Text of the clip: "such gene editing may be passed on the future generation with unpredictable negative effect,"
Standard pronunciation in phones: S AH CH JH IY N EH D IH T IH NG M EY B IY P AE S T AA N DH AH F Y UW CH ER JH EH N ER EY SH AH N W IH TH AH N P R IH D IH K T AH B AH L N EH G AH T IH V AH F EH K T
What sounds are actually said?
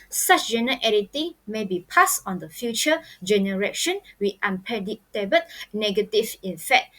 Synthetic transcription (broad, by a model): S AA CH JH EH N EH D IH T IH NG M EY B IY P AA S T AA N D AH F Y UW CH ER JH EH N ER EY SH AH N W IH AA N P IH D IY T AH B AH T N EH G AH T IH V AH F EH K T